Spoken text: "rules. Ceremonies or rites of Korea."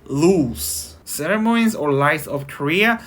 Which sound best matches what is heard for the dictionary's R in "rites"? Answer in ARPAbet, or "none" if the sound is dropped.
L